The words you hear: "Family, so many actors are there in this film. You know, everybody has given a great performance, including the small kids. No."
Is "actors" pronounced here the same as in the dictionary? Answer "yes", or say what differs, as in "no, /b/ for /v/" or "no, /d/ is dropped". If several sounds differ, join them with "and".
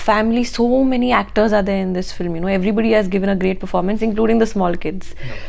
yes